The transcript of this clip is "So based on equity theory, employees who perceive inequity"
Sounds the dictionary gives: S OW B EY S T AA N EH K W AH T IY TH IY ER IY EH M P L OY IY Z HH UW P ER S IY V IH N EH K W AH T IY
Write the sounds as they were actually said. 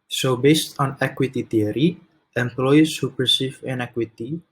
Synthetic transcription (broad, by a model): S OW B EY S T AA N EH K W AH T IY T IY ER IY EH M P L OY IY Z HH UW P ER S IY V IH N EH K W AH T IY